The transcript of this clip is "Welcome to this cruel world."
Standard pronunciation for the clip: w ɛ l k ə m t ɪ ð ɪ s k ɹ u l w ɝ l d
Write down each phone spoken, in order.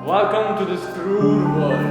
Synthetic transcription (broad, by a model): w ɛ l k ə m t ɪ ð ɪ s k ɹ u n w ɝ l